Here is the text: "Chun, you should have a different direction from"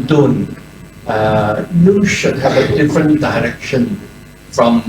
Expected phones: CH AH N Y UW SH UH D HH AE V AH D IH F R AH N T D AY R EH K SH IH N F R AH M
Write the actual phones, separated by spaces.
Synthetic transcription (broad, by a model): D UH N Y UW SH UH D HH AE V AH D IH F R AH N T D AY R EH K SH IH N F R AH M